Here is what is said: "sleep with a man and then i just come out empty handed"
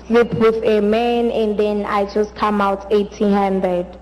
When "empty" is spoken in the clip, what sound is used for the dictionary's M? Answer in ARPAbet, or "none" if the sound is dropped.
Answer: none